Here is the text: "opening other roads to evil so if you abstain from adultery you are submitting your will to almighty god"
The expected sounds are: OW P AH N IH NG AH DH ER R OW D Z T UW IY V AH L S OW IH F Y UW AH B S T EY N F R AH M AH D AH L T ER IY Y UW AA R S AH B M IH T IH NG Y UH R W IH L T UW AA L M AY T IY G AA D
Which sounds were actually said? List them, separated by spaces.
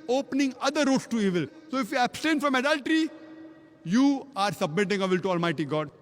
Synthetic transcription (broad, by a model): OW P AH N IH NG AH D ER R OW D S T UW IY V AH L S OW IH F Y UW AH B S T EY N F R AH M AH D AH L T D IY Y UW AA R S AH B M IH T IH NG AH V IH L T UW AA L M AY T IY G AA D